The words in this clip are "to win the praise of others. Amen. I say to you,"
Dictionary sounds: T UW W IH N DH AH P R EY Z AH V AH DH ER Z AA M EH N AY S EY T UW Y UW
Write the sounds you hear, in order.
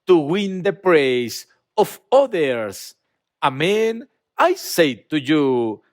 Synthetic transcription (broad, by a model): T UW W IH N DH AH P R EY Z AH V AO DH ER S AA M EH N AY S EY T UW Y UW